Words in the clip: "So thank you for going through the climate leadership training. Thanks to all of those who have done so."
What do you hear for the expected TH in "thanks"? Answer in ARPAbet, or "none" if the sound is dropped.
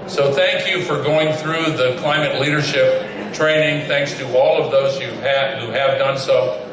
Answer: TH